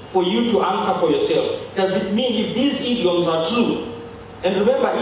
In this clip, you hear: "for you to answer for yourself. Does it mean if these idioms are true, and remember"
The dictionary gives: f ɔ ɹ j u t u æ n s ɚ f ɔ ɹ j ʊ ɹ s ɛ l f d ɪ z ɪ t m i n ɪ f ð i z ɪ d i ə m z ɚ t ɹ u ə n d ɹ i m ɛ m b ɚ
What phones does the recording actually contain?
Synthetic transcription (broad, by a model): f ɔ ɹ j u t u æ n s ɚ f ɔ ɹ j ʊ ɹ s ɛ l f d ɪ z ɪ t m i n ɪ f ð i z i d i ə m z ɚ t ɹ u ə n d ɹ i m ɛ m b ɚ